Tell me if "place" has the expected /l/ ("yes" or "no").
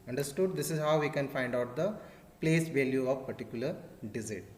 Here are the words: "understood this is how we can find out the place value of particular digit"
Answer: yes